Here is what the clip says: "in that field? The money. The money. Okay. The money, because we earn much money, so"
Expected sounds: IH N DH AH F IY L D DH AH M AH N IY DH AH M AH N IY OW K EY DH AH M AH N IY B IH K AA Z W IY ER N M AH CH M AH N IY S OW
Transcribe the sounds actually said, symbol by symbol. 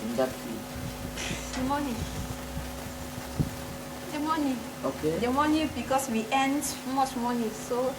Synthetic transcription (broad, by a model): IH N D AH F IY D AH M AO N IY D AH M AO N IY OW K EY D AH M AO N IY B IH K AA S W IY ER N M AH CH M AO N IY S OW